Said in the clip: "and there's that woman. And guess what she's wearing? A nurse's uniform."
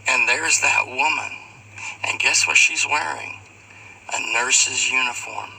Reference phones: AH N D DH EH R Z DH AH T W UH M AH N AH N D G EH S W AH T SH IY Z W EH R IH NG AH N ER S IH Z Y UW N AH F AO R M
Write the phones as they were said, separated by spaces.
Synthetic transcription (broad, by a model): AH N DH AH R Z DH AH T W UH M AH N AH N G EH S W AH T SH IY Z W EH R IH NG AH N ER S IH Z Y UW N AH F AO R M